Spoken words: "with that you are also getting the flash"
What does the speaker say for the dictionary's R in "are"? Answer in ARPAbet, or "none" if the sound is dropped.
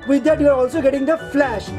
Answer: R